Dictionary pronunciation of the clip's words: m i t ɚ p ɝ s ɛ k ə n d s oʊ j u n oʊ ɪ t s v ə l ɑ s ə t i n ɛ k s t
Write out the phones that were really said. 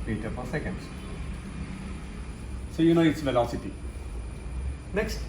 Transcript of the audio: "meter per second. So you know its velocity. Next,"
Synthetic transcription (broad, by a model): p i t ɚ f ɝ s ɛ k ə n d s oʊ j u n oʊ ɪ t s v ə l ɑ s ə t i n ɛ k s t